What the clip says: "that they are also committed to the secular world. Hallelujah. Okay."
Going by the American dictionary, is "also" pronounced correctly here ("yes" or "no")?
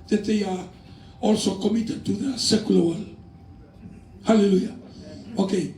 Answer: yes